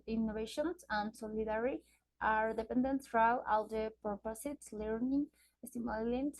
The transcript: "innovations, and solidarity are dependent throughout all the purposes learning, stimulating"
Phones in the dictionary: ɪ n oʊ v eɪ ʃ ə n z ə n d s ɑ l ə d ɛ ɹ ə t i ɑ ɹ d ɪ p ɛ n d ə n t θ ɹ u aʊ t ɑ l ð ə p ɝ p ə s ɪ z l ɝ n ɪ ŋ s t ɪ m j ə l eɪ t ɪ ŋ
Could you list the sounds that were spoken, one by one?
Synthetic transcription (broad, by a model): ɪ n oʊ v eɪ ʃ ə n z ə n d s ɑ l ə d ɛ ɹ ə t ɑ ɹ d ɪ p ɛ n d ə n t f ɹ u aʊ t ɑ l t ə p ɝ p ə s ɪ s l ɝ n ɪ ŋ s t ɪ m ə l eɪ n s